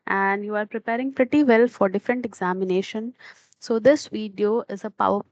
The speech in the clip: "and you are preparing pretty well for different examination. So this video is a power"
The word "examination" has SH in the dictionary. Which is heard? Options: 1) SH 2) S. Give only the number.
1